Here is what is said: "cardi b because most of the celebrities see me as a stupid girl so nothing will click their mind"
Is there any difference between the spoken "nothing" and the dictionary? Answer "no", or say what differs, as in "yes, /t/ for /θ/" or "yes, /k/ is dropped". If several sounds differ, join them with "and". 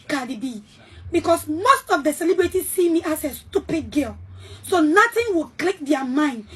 yes, /t/ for /θ/